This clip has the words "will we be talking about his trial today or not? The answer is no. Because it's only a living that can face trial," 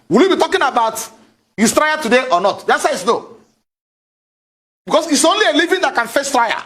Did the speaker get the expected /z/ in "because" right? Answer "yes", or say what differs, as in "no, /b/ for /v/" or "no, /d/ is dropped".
no, /s/ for /z/